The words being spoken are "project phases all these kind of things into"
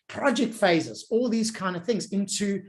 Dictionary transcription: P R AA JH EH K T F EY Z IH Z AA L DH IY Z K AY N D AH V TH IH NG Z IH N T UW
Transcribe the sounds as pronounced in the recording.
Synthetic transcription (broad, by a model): P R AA JH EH K T F EY Z IH Z AA L DH IY Z K AY N D AH V TH IH NG Z IH N T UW